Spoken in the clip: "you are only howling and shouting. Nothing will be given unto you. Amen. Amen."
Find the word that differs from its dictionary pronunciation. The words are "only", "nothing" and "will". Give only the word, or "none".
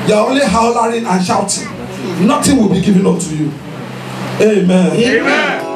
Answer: nothing